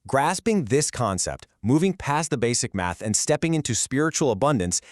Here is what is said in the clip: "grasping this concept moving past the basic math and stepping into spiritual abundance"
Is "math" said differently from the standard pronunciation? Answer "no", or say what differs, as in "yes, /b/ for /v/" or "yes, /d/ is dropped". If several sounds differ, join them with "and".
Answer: no